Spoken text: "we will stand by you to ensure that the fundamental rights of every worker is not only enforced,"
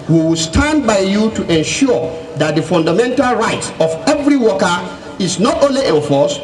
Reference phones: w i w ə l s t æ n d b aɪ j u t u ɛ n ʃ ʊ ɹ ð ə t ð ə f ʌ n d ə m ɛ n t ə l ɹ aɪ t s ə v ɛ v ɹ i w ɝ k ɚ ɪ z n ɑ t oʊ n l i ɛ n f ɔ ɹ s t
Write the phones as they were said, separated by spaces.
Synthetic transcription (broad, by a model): w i w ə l s t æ n d b aɪ j u t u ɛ n ʃ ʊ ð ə t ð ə f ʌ n d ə m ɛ n t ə l ɹ aɪ t s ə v ɛ v ɹ i w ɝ k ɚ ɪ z n ɑ t oʊ n l i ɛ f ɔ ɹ s